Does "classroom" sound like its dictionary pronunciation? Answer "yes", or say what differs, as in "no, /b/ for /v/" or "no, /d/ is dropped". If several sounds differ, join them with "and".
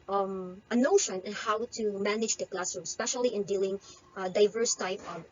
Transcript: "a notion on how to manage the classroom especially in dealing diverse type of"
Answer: no, /ɹ/ is dropped